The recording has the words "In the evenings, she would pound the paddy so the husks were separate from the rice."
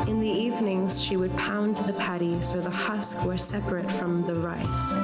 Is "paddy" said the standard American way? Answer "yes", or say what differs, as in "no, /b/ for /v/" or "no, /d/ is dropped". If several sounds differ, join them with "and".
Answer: yes